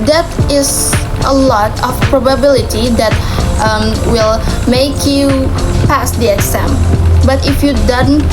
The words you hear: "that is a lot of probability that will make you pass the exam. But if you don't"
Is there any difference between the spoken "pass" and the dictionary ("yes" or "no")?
no